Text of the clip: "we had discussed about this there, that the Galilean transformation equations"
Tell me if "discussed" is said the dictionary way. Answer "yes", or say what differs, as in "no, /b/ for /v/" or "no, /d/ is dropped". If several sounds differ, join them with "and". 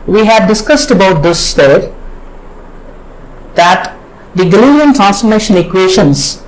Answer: yes